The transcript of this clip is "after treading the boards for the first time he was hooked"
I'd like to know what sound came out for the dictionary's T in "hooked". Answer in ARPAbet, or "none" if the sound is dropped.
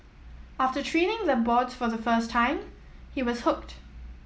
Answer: T